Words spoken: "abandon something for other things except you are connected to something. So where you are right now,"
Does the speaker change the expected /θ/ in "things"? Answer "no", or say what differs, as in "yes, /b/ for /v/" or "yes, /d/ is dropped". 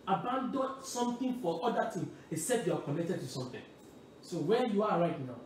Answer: yes, /t/ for /θ/